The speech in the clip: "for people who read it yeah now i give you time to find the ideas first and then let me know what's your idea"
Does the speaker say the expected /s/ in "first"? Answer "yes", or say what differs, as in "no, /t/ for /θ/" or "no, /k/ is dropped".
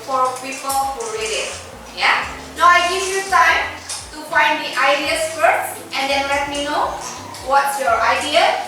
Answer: no, /s/ is dropped